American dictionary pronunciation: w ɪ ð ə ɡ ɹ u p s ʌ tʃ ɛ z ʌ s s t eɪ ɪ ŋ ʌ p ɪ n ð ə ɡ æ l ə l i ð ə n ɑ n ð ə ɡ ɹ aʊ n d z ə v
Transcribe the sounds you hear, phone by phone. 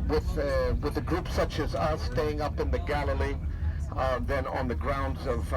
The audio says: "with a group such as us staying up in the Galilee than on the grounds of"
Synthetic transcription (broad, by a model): w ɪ ð ə ɡ ɹ u p s ʌ tʃ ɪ z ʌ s s t eɪ ɪ ŋ ʌ p ɪ n ð ə ɡ æ l ə l i ð ə n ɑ n ð ə ɡ ɹ aʊ n d z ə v